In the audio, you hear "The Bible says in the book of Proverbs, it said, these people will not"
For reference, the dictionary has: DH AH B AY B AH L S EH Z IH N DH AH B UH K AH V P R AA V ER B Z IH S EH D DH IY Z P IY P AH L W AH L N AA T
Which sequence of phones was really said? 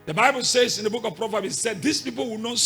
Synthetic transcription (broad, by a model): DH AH B AY B AH L S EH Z IH N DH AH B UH K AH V P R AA V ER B IH S EH D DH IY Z P IY P AH L W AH N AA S